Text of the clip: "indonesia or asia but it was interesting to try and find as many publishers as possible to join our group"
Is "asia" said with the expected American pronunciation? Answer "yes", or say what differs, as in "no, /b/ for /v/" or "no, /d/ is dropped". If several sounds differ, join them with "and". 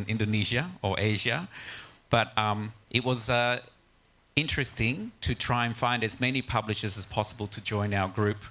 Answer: yes